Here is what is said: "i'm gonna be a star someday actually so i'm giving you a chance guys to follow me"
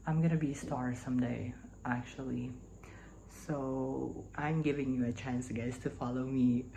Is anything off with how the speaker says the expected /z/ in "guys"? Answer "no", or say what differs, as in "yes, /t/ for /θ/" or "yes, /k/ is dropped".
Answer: yes, /s/ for /z/